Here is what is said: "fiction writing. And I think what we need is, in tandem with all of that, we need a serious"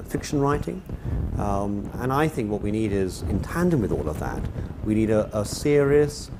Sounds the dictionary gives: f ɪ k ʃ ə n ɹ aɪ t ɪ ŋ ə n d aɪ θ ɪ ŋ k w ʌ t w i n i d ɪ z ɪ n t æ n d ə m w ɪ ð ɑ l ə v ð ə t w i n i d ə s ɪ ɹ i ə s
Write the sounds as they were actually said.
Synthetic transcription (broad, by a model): f ɪ k ʃ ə n ɹ aɪ t ɪ ŋ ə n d aɪ θ ɪ ŋ k w ʌ t w i n i d ɪ z ɪ n t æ n d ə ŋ w ɪ ð ɑ l ə v ð ə t w i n i d ə s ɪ ɹ i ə s